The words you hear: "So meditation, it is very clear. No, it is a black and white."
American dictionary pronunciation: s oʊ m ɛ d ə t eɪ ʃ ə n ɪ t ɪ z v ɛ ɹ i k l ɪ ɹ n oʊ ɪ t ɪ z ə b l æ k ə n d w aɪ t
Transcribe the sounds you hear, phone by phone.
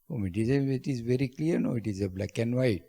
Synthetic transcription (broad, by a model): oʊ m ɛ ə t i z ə ɪ t ɪ z v ɛ ɹ i k l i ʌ n oʊ ɪ t ɪ z ə b l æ k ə n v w aɪ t